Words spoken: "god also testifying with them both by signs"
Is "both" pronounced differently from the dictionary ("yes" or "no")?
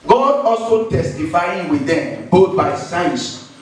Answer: yes